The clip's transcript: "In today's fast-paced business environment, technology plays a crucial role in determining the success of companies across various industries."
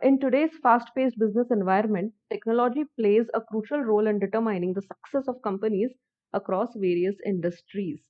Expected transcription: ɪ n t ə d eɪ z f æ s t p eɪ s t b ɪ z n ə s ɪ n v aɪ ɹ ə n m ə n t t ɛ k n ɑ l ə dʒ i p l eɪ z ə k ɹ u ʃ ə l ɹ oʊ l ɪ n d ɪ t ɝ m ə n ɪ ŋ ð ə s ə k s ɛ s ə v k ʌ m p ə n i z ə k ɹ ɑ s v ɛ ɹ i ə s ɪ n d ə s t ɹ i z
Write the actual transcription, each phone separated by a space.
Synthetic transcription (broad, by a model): ɪ n t ə d eɪ z f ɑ s t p eɪ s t b ɪ z n ə s ɪ n v aɪ ɹ ə n m ə n t t ɛ k n ɑ l ə dʒ i p l eɪ z ə k ɹ u ʃ ə l ɹ oʊ l ɪ n d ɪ t ɝ m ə n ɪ ŋ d ə s ə k s ɛ s ə v k ʌ m p ə n i z ə k ɹ ɑ s v ɛ ɹ i ə s ɪ n d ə s t ɹ i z